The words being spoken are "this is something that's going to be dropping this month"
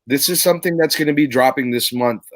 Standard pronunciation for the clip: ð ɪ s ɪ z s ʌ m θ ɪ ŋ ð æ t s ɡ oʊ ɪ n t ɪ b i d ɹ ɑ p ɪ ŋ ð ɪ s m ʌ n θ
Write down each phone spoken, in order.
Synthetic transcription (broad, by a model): ð ɪ s ɪ z s ʌ m θ ɪ ŋ ð æ t s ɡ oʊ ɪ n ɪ b i d ɹ ɑ p ɪ ŋ ð ɪ s m ʌ n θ